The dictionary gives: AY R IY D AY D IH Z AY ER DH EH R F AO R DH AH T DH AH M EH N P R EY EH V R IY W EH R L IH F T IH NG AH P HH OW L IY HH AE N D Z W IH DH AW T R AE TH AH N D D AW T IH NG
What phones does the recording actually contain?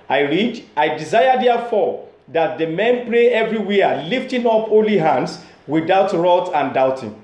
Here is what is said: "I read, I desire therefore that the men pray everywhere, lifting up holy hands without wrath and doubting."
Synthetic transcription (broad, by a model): AY R IY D AY D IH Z AY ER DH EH F AO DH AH T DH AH M EH N P L EY EH V R IY W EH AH L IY F T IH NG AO P HH OW L IY HH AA N D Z W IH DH AW T R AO T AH N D D AW T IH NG